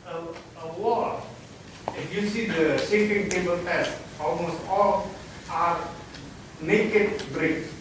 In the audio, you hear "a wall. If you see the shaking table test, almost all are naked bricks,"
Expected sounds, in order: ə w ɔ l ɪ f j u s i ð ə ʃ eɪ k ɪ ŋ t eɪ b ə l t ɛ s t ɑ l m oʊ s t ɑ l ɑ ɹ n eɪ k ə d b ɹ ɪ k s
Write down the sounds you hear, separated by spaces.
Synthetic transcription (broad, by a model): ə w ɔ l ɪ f j u s i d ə s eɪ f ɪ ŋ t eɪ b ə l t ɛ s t ɑ l m oʊ s t ɑ l ɑ ɹ n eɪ k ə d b ɹ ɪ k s